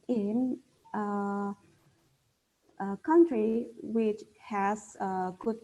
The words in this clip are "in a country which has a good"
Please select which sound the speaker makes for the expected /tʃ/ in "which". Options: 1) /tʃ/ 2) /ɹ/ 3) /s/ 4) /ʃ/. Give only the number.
1